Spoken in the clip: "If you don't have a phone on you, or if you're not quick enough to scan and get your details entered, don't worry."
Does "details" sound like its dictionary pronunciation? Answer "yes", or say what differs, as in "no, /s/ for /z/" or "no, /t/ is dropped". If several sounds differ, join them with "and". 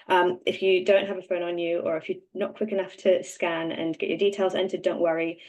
yes